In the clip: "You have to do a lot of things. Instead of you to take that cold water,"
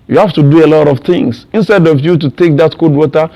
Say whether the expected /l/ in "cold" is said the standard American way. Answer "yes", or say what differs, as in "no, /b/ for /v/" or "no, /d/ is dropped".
no, /l/ is dropped